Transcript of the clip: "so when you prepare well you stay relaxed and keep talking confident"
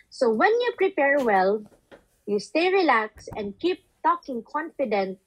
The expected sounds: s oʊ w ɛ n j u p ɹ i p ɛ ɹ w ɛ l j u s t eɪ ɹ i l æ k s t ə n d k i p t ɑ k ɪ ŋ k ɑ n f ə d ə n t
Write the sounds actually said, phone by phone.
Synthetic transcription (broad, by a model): s oʊ w ɛ n j u p ɹ i p ɛ ɹ w ɛ l j u s t eɪ ɹ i l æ k s ə n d k i p t ɑ k ɪ ŋ k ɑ n f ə d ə n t